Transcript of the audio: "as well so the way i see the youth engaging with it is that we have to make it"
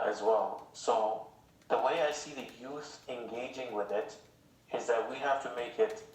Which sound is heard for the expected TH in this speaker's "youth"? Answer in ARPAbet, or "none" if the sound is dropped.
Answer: TH